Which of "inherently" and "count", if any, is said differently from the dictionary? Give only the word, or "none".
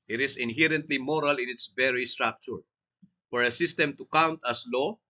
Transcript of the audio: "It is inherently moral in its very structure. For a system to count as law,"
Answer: none